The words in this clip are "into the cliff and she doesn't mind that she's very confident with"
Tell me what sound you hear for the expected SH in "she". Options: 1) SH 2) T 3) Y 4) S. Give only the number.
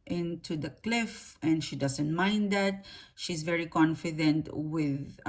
1